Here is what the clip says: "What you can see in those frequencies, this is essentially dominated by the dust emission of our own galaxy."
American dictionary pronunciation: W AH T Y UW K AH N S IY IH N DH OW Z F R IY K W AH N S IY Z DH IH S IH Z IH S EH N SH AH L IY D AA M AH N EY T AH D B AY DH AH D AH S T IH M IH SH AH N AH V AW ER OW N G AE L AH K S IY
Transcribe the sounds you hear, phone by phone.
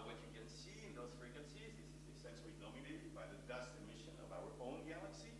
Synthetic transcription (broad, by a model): W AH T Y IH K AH N S IY IH N DH OW Z F R IY K W AH N S IY Z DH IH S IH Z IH S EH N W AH N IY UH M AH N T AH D B AY DH AH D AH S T IH M IH SH AH N AH V AW ER OW N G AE L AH K S IY